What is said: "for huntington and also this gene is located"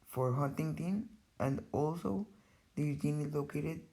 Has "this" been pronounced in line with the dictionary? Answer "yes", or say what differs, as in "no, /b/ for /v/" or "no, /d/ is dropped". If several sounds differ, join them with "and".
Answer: no, /s/ is dropped